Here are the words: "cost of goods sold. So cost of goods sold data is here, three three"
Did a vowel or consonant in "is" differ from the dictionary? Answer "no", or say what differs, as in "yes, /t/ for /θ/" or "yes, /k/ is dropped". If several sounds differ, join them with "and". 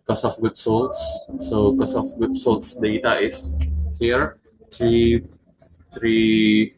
yes, /s/ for /z/